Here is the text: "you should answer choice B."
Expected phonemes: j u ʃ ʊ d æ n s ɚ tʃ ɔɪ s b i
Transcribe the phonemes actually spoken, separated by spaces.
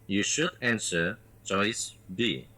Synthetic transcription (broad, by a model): j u ʃ ʊ d æ n s ɚ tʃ ɔɪ s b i